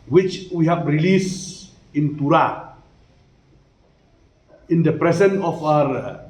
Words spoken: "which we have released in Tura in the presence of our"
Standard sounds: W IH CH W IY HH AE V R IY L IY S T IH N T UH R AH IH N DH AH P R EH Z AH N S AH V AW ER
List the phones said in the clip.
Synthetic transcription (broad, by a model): W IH CH W IY HH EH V R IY L IY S IH N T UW R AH IH N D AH P R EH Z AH N AH F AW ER